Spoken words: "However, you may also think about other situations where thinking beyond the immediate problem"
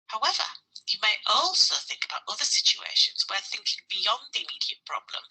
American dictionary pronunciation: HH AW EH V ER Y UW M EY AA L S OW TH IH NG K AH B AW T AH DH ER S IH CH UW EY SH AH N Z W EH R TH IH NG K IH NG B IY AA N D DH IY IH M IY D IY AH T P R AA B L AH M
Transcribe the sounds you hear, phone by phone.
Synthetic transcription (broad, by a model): HH AW EH V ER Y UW M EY AA L S OW TH IH NG K AH B AW T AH DH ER S IH CH UW EY SH AH N Z W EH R TH IH NG K IH NG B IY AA N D DH IY IH M IY D IY AH T P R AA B L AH M